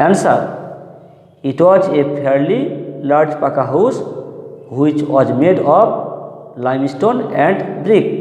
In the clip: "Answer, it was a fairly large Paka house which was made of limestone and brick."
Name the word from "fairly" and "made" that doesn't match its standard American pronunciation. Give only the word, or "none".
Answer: fairly